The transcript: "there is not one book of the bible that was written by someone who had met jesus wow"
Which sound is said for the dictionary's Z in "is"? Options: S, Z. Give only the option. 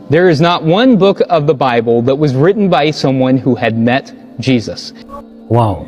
Z